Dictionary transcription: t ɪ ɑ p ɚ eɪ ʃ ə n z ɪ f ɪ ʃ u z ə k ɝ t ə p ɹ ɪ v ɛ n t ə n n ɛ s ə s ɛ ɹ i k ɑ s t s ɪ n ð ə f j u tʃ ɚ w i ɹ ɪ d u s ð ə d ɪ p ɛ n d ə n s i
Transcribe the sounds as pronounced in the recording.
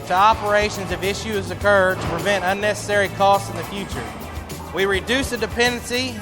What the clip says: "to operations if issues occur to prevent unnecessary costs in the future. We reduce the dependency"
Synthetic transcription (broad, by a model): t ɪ ɑ p ɚ eɪ ʃ ə n z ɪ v ɪ ʃ u z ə k ɝ t ə p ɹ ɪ v ɛ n t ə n n ɛ s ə s ɛ ɹ i k ɑ s t s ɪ n ð ə f j u tʃ ɚ w i ɹ ɪ d u s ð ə d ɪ p ɛ n d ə n s i